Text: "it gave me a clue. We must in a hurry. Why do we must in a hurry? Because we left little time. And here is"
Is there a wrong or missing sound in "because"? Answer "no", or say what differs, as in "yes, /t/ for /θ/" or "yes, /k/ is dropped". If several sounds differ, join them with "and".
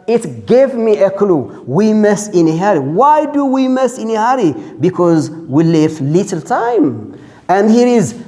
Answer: no